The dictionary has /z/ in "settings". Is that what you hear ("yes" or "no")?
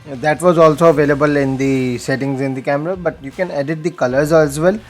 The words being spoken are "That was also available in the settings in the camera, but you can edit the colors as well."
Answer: yes